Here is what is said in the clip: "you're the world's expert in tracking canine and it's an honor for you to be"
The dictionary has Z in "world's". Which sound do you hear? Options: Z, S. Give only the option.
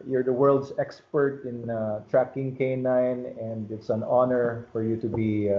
S